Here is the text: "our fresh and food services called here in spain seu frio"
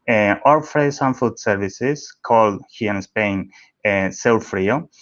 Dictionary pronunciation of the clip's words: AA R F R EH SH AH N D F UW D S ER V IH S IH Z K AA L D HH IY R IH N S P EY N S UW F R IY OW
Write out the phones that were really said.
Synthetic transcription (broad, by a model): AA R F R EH S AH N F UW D S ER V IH S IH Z K AA L D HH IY IH N S P EY N S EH F R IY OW